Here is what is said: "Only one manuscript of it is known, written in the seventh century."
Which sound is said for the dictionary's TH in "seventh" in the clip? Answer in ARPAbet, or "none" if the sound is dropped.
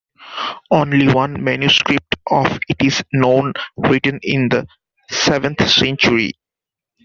T